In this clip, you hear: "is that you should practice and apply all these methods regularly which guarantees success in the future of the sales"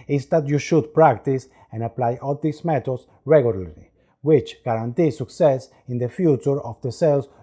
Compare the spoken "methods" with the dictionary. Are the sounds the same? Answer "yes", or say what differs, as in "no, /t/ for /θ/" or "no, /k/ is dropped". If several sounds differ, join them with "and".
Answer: no, /t/ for /θ/ and /s/ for /z/